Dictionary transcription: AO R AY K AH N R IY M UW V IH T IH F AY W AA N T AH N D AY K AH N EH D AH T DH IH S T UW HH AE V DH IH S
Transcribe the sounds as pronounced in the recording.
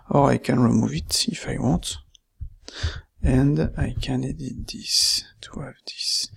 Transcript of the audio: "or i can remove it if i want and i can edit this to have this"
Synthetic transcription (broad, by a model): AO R AY K AH N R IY M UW V IH T IH F AY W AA T AH N D AY K AH N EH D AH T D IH S T UW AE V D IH S